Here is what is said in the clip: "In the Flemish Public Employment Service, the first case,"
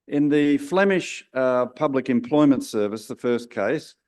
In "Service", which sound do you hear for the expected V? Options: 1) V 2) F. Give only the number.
1